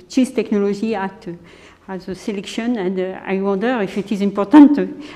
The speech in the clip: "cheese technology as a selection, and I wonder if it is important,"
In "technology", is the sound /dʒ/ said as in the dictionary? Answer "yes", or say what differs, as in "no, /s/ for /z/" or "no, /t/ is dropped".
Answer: no, /ʒ/ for /dʒ/